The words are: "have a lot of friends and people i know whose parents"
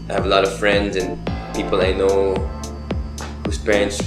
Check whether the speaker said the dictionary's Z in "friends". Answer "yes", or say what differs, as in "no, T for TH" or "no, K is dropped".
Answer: yes